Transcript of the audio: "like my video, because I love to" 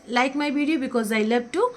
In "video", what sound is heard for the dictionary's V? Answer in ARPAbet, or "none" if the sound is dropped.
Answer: B